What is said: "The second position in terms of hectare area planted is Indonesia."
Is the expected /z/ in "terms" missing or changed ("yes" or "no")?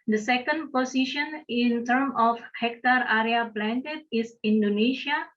yes